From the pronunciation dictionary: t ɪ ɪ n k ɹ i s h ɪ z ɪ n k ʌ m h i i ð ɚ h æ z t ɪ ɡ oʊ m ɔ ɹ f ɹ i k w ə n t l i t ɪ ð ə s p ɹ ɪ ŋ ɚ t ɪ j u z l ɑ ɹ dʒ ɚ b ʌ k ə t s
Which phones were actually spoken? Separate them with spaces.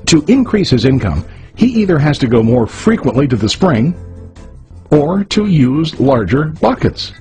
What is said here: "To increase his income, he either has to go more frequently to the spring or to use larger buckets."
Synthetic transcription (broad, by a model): t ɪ ɪ n k ɹ i s h ɪ z ɪ n k ʌ m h i i ð ɚ h æ z t ɪ ɡ oʊ m ɔ ɹ f ɹ i k w ə n t l i t ɪ ð ə s p ɹ ɪ ŋ ɚ t ɪ j u z l ɑ ɹ dʒ ɚ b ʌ k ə t s